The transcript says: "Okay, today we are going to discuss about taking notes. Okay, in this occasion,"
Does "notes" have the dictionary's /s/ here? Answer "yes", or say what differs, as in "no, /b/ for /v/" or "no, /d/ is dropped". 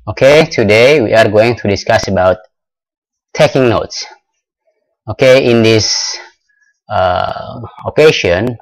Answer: yes